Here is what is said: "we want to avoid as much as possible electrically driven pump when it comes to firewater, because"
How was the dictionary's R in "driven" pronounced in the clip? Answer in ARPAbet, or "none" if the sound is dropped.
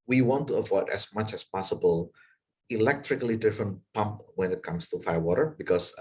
none